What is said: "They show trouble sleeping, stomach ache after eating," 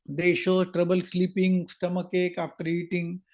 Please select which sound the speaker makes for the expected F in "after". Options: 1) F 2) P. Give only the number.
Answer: 2